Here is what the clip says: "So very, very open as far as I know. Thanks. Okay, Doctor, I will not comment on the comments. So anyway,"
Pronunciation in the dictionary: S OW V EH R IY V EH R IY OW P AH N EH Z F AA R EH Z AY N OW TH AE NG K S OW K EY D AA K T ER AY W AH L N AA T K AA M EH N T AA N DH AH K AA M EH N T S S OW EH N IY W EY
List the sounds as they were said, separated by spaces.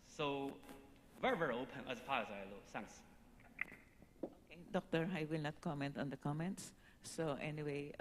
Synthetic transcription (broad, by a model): S OW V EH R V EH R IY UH P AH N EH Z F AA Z AY L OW S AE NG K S OW K EY D AA K T ER AY W AH L N AA T K AA M EH N T AA N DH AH K AA M EH N T S S OW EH N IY W EY